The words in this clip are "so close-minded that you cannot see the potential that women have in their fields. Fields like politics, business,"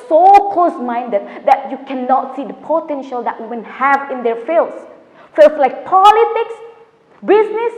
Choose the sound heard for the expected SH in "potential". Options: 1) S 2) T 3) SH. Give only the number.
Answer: 3